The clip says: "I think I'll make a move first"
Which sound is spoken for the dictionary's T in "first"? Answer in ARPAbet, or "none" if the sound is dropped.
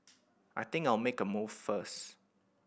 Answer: none